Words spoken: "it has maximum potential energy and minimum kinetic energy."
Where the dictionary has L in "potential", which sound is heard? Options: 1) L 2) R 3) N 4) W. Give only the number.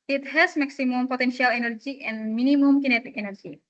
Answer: 1